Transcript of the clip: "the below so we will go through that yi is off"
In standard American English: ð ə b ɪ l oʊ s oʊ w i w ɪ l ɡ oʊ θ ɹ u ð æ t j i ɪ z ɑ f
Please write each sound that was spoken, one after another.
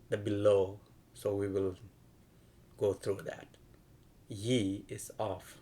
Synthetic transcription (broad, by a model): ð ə b ɪ l oʊ s oʊ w i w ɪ l ɡ oʊ t ɹ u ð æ t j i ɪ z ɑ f